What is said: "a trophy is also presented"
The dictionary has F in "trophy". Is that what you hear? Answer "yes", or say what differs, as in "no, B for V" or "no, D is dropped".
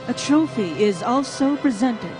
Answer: yes